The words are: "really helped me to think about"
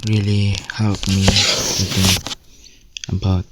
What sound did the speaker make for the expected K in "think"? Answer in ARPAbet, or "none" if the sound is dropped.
none